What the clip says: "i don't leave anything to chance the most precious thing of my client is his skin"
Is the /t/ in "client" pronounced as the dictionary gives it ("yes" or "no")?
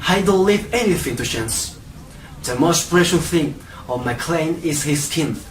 no